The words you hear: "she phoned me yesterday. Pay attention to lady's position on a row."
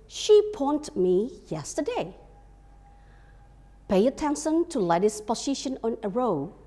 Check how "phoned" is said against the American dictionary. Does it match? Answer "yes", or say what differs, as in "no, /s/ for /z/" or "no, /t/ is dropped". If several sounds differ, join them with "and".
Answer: no, /p/ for /f/